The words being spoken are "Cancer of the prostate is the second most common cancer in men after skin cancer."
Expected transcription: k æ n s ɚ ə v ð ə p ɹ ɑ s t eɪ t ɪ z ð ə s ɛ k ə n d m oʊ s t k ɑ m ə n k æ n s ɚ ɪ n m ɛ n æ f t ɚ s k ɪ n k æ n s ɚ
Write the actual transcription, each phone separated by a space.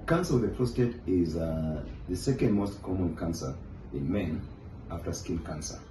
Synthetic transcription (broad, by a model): k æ n s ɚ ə w ð ə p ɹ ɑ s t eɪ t ɪ z ð ə s ɛ k ə n d m oʊ s t k ɑ m ə n k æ n s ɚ ɪ n m ɛ n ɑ f t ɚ s k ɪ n k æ n s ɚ